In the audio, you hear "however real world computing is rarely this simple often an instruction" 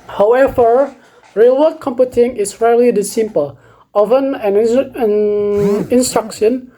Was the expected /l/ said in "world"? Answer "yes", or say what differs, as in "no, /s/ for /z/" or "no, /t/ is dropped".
no, /l/ is dropped